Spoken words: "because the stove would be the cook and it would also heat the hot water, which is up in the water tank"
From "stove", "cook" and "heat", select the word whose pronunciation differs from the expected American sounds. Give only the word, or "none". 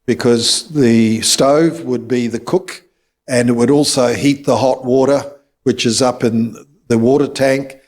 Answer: none